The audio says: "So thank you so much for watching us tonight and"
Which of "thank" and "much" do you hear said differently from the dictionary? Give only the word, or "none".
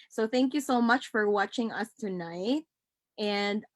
none